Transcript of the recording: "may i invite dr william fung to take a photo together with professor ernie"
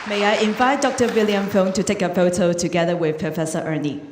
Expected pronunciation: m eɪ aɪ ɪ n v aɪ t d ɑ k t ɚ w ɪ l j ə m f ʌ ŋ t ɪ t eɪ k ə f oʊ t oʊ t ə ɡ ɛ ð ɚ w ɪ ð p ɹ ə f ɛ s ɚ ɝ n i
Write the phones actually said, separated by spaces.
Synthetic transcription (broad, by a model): m eɪ aɪ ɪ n v aɪ t d ɑ k t ɚ w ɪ l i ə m f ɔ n t ɪ t eɪ k ə f oʊ t oʊ t ə ɡ ɛ ð ɚ w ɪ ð p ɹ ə f ɛ s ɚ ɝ n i